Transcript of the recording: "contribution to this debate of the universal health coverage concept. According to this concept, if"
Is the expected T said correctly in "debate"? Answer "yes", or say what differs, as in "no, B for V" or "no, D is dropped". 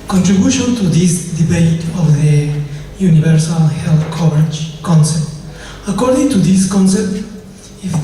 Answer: yes